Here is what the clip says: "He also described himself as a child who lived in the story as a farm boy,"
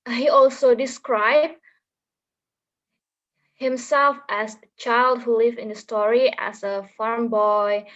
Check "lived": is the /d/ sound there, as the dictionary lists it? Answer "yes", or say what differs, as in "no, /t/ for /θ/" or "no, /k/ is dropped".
no, /d/ is dropped